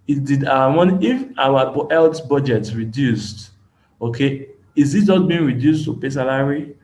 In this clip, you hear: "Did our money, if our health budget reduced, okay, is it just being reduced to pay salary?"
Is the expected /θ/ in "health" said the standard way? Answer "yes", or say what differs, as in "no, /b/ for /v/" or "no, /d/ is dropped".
no, /t/ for /θ/